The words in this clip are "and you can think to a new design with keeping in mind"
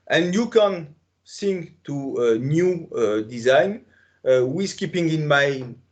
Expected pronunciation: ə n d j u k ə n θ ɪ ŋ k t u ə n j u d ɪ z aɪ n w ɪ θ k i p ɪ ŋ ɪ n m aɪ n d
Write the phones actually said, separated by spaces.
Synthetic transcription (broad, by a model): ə n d j u k ə n s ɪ ŋ t u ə n j u d ɪ z aɪ n w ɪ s k i p ɪ ŋ ɪ n m aɪ